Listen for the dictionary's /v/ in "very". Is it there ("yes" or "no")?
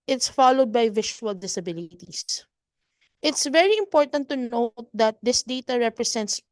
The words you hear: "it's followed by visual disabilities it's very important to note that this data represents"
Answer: yes